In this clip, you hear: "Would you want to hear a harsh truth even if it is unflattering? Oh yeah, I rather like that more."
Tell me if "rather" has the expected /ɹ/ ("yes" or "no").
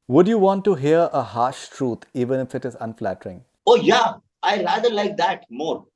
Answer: no